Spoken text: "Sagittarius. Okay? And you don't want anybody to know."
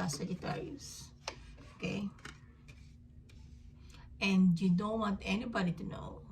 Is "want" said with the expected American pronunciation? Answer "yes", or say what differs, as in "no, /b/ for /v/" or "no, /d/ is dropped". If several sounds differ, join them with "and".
yes